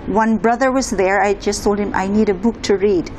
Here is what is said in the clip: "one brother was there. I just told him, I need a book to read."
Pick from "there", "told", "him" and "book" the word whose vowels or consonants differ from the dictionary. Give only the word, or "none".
none